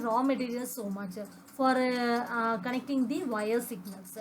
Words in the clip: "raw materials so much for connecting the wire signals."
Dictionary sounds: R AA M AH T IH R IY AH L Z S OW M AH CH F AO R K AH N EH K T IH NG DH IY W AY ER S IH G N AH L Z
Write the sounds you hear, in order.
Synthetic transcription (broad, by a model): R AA M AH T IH R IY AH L S OW M AH CH F AO R K AH N EH K T IH NG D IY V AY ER S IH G N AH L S